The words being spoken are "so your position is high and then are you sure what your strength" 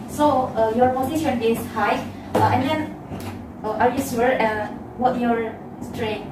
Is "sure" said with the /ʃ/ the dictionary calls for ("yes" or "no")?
no